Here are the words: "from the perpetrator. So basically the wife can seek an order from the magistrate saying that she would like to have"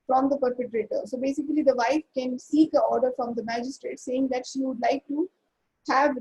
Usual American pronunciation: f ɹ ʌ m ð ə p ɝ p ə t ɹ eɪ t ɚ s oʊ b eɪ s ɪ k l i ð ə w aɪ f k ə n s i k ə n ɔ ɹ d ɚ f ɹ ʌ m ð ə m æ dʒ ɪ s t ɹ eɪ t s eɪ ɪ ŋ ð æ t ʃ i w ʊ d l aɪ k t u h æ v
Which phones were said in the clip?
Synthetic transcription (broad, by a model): f ɹ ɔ m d ə p ɝ p ə t ɹ eɪ t ɚ s oʊ b eɪ s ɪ k l i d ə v aɪ f k ə n s i k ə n ɔ ɹ d ɚ f ɹ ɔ m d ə m æ dʒ ɪ s t ɹ eɪ t s eɪ ɪ ŋ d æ t ʃ i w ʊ d l aɪ k t u h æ v